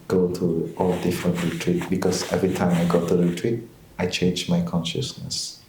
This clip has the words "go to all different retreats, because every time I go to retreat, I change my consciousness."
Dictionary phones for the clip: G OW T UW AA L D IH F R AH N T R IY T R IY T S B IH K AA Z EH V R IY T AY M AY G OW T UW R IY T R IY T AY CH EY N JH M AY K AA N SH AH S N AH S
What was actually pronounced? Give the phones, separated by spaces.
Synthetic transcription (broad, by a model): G OW T UW AA L D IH F R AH N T R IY T R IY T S B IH K AA S EH V R IY T AY M AY G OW T UW R IY T R IY T AY CH EY N JH M AY K AA N SH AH S N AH S